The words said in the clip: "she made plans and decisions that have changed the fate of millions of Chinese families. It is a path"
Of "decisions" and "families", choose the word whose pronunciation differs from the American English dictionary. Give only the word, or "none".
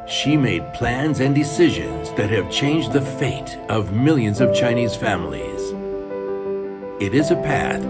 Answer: none